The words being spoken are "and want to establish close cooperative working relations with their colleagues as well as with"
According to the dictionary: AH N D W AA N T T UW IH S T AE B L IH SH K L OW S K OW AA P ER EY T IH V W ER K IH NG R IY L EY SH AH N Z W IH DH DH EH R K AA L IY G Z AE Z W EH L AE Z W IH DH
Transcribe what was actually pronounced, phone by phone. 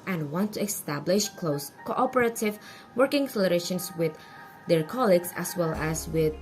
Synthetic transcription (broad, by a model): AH N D W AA N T T UW IH S T AE B L IH SH K L OW S K OW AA P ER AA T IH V W ER K IH NG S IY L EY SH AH N S W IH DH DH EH R K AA L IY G S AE S W EH L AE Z W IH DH